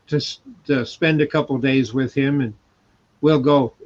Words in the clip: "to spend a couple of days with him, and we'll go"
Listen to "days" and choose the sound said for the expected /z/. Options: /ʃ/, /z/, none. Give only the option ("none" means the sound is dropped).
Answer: /z/